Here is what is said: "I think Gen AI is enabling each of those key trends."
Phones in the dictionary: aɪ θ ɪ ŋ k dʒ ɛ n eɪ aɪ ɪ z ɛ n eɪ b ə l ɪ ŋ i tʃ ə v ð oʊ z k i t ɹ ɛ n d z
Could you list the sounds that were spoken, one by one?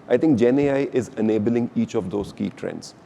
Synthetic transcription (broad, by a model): aɪ t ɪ ŋ k dʒ ɛ n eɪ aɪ ɪ z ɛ n eɪ b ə l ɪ ŋ i tʃ ə v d oʊ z k i t ɹ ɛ n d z